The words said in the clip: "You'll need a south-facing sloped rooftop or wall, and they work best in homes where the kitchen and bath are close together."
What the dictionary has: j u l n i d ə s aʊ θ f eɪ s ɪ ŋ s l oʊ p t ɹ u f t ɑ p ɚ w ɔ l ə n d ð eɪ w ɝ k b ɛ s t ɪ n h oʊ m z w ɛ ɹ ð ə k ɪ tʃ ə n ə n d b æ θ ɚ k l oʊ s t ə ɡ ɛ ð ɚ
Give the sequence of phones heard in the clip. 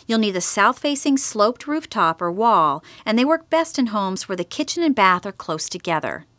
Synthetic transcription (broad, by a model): j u l n i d ə s aʊ θ f eɪ s ɪ ŋ s l oʊ p t ɹ u f t ɑ p ɚ w ɔ l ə n ð eɪ w ɝ k b ɛ s t ɪ n h oʊ m z w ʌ ɹ ð ə k ɪ tʃ ə n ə n b æ θ ɚ k l oʊ s t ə ɡ ɛ ð ɚ